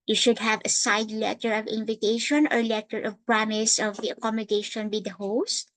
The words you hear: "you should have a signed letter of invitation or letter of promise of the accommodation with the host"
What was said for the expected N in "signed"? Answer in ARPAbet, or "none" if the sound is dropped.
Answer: none